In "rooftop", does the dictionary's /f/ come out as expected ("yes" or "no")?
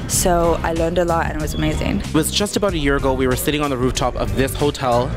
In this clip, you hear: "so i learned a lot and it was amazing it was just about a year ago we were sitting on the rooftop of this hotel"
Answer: yes